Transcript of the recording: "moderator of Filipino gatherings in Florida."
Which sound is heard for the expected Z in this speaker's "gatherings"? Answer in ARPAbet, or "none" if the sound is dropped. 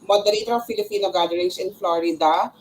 S